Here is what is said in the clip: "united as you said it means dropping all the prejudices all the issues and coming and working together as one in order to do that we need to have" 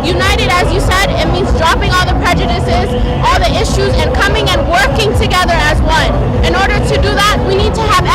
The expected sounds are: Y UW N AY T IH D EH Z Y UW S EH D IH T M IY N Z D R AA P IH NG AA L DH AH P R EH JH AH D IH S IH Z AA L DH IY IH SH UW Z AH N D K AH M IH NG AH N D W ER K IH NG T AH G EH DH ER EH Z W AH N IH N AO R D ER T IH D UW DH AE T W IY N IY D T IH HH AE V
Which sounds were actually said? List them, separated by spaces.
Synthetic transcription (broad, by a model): Y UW N AY T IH D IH Z Y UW S EH D IH T M IY N Z D R AA P IH NG AA L DH AH P R EH JH AH D IH S IH Z AA L DH IY IH SH UW Z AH N K AH M IH NG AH N W ER K IH NG T AH G EH DH ER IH Z W AH N IH N AO R D ER T IH D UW DH AE T W IY N IY D T IH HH V